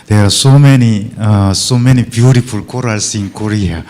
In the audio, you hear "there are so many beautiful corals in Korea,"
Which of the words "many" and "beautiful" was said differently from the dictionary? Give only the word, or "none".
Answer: none